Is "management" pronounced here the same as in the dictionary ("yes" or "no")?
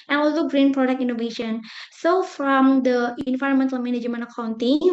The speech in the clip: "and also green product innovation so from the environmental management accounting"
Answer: no